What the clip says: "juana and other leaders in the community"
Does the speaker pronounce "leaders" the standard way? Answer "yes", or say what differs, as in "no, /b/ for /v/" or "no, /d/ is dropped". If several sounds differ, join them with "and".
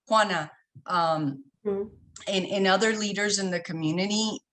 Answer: yes